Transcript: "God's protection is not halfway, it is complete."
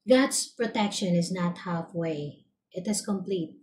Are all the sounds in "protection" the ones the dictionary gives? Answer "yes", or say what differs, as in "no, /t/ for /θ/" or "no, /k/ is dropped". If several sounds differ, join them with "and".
yes